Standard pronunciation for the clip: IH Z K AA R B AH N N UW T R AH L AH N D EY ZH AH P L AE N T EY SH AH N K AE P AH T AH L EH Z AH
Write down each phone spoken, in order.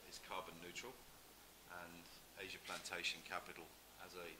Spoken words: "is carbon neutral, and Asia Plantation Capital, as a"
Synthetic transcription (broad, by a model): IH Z K AA B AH N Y UW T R AH L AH N EY ZH AH P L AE N T EY SH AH N K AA P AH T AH L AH Z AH